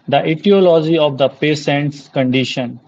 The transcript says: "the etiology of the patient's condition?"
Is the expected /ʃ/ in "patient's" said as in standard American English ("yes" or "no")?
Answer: no